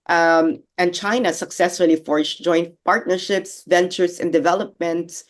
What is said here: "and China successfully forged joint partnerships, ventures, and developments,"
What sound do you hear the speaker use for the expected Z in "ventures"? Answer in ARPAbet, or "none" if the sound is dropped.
S